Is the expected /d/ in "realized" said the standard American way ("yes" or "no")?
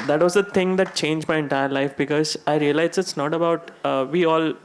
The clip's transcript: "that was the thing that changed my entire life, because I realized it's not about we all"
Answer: no